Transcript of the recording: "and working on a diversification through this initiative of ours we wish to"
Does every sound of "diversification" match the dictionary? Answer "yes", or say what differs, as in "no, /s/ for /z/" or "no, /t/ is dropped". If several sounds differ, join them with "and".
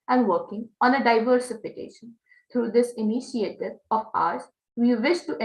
yes